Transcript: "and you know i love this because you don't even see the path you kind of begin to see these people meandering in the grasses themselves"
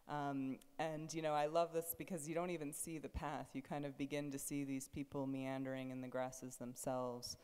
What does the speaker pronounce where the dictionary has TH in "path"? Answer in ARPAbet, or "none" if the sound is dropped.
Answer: TH